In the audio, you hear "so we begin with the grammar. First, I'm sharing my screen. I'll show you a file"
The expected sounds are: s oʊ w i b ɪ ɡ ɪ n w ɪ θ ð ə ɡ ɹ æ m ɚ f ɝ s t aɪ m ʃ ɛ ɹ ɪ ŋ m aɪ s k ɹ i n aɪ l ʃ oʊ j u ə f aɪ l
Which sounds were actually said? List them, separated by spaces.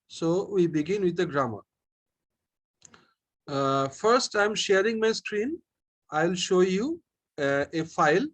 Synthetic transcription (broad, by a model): s oʊ w i b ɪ ɡ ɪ n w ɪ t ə ɡ ɹ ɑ m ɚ f ɝ s t aɪ m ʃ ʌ ɹ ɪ ŋ m aɪ s k ɹ i n aɪ l ʃ oʊ j u ə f aɪ l